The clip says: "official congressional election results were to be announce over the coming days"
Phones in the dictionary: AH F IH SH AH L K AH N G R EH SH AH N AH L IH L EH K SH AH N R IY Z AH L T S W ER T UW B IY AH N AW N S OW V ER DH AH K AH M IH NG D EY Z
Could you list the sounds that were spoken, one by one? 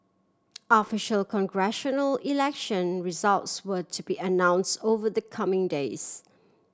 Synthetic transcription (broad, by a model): AH F IH SH AH L K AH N G R EH SH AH N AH L IH L EH K SH AH N R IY Z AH L T S W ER T UW B IY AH N AW N S OW V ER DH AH K AH M IH NG D EY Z